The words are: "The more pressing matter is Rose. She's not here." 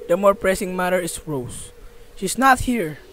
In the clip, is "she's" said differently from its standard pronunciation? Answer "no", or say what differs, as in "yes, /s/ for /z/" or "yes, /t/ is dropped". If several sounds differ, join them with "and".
yes, /s/ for /z/